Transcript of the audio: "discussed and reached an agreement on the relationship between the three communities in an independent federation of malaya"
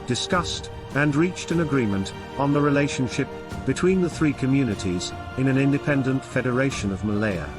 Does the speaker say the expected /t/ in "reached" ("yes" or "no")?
yes